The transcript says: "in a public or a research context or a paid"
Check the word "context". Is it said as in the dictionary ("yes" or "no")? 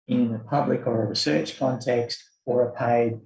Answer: yes